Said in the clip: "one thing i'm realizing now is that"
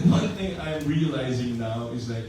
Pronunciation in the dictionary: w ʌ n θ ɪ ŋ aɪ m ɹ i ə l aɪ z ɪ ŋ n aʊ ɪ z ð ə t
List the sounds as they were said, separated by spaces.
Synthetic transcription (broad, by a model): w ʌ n θ ɪ ŋ aɪ m ɹ i ə l aɪ z ɪ ŋ n aʊ ɪ z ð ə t